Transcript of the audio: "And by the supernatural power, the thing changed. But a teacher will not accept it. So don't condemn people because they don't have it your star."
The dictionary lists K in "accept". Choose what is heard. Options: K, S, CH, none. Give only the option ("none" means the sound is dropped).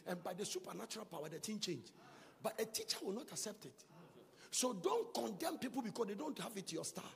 K